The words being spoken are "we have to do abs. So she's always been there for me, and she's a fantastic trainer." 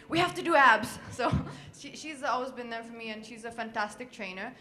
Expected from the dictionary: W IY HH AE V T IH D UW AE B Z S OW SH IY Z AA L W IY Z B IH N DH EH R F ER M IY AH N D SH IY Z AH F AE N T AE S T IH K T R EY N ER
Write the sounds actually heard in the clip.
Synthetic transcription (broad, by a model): W IY HH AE F T IH D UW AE B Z S OW SH IY Z AA L W IY Z B IH N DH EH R F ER M IY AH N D SH IY Z AH F AE N T AE S T IH K T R EY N ER